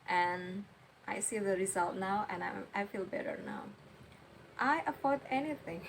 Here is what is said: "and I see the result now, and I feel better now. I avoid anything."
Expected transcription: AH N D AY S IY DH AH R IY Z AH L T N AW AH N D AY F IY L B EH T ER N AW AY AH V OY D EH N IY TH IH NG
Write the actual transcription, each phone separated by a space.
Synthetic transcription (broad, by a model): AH N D AY S IY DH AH R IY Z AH L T N AW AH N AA AY F IY L B EH T ER N AW AY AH F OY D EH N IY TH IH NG